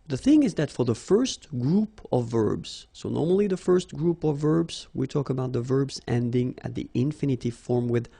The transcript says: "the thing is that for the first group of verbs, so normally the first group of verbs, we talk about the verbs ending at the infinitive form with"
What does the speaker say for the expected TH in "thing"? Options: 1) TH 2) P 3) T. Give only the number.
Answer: 1